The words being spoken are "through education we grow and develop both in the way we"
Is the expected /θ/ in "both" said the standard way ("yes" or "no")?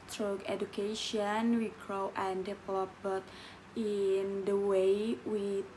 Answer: no